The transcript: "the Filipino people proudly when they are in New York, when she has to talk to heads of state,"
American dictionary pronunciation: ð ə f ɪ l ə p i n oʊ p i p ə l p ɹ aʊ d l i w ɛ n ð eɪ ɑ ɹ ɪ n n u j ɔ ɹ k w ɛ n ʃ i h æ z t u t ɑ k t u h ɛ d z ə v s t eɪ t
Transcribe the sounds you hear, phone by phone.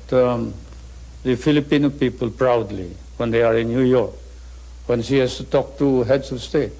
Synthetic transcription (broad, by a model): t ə f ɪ l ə p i n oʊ p i p ə l p ɹ aʊ d l i w ɛ n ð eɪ ɑ ɹ ɪ n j u j ɔ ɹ k w ɛ n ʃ i h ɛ s t u t ɑ k t u h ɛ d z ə s t eɪ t